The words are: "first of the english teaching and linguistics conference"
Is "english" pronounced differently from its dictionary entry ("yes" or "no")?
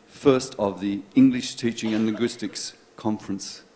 no